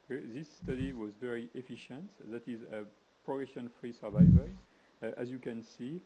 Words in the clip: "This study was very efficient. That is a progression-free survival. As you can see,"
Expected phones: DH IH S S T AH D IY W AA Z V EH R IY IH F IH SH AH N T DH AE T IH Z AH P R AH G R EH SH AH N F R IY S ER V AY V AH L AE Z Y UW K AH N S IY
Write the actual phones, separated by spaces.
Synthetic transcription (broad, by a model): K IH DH S T AH D IY W AA Z V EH R IY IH F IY SH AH N T DH AE T IH Z AH P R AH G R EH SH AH N F R IY S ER V AY V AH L AE Z Y UW K AH N S IY